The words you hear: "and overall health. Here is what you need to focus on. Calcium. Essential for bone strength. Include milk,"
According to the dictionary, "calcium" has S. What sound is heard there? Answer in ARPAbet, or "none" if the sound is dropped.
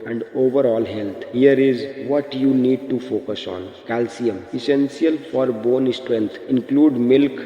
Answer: S